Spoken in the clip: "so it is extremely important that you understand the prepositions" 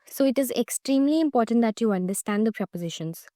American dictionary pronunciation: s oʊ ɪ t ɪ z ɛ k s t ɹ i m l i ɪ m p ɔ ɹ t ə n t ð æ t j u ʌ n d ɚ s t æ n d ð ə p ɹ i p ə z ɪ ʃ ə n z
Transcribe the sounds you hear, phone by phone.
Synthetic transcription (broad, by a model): s oʊ ɪ t ɪ z ɛ k s t ɹ i m l i ɪ m p ɔ ɹ t ə n t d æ t j u ʌ n d ɚ s t æ n d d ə p ɹ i p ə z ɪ ʃ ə n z